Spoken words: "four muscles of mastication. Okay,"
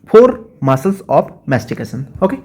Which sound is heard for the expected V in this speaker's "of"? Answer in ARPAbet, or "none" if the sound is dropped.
P